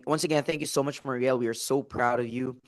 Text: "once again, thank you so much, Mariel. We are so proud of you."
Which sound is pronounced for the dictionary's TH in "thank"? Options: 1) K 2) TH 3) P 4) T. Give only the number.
2